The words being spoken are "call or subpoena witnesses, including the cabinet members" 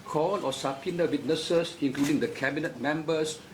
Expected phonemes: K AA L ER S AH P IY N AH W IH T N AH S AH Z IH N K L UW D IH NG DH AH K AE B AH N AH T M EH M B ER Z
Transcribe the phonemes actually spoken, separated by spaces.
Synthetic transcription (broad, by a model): K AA L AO S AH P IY N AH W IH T N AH S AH S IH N K L UW D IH NG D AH K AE B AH N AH T M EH M B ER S